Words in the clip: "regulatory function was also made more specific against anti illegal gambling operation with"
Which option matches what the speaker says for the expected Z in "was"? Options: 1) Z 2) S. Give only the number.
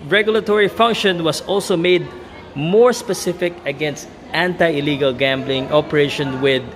2